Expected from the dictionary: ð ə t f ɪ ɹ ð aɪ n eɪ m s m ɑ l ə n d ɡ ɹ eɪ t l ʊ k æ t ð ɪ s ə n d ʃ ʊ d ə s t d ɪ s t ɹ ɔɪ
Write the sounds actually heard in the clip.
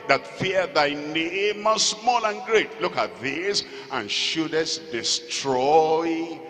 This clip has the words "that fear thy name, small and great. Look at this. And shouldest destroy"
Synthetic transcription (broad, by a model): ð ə t f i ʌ ð aɪ n eɪ m s m ɑ l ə n ɡ ɹ eɪ t l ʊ k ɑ t ð ɪ s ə n ʃ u d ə s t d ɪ s t ɹ ɔɪ